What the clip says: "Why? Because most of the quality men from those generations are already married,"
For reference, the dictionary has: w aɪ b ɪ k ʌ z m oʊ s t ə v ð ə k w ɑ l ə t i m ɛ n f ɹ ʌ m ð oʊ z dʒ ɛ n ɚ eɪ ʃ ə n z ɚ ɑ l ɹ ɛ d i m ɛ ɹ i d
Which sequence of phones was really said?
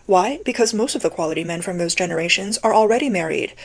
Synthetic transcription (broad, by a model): w aɪ b ɪ k ʌ z m oʊ s t ə v ð ə k w ɑ l ə t i m ɛ n f ɹ ʌ m ð oʊ z dʒ ɛ n ɚ eɪ ʃ ə n z ɚ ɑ l ɹ ɛ d i m ɛ ɹ i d